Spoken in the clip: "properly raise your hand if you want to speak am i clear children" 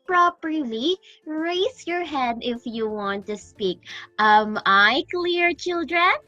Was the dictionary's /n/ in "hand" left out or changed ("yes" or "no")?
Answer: yes